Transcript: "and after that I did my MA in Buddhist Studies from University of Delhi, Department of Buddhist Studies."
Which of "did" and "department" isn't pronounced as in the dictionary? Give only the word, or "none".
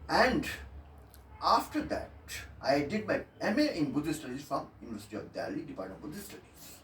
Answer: department